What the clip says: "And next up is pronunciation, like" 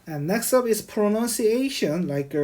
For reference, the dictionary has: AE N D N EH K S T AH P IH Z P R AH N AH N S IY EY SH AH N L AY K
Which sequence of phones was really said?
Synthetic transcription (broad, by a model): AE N N EH K S T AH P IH S P R AH N AH N S IY EY SH AH N L AY K